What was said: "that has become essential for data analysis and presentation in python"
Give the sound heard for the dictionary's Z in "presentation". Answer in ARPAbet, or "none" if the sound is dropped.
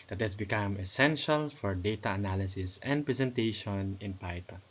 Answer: S